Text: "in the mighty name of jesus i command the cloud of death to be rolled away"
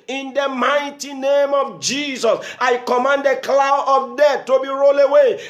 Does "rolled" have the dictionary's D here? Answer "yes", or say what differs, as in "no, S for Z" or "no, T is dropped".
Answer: no, D is dropped